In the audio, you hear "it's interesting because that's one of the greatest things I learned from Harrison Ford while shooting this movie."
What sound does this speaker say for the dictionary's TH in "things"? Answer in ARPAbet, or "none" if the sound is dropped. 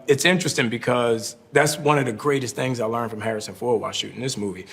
TH